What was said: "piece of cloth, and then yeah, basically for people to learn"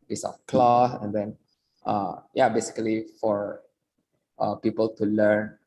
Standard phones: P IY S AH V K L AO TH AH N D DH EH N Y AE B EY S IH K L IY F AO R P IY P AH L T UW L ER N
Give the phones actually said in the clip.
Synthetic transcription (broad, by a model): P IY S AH F K L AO S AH N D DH EH N Y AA B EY S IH K L IY F AO R P IY P AH L T UW L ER N